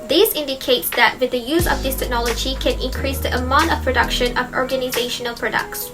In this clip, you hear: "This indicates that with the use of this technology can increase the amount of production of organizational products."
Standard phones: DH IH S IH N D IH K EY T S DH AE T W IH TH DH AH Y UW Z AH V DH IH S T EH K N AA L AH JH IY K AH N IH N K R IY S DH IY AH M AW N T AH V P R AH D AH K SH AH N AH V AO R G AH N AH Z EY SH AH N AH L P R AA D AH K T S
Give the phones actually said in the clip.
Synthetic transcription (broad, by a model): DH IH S IH N D IH K EY T S DH AE T W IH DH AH Y UW Z AH V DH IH S T EH K N AA L AH JH IY K AH N IH N K R IY S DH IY AH M AW N T AH V P R AH D AH K SH AH N AH V AO R G AH N AH Z EY SH AH N AH L P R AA D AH K T S